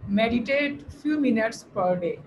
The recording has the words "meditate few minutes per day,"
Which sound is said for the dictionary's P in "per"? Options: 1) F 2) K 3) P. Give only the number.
3